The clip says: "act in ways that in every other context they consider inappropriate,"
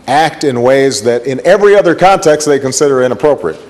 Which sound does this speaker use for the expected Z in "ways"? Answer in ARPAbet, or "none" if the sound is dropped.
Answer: Z